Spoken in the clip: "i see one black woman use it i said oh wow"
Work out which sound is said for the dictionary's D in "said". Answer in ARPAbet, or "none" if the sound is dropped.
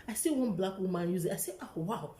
none